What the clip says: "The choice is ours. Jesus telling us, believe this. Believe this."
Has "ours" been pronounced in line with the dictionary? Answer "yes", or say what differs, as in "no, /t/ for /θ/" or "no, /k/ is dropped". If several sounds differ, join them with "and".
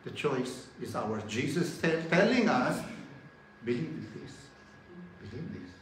no, /z/ is dropped